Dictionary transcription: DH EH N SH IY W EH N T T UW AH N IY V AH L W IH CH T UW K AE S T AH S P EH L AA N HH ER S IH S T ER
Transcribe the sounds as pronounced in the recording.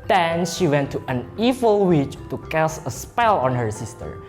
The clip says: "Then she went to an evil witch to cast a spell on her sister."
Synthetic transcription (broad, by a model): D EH N SH IY W EH N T T UW AH N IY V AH L W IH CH T UW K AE S AH S P EH L AA N HH ER S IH S T ER